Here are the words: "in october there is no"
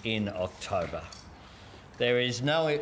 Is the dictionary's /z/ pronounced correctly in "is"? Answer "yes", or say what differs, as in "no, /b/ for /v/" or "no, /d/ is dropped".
yes